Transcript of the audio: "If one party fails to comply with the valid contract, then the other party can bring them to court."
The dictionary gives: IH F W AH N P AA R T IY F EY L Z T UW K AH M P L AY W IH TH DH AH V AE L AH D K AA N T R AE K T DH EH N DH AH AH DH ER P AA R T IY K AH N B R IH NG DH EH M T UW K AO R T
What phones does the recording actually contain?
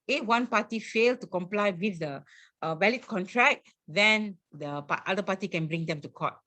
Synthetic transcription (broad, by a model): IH F W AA N P AA T IY F EY L T UW K AH M P L AY W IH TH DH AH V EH L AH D K AA N T R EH K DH EH N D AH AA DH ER P AA T IY K AH N B R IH NG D EH M T UW K AO T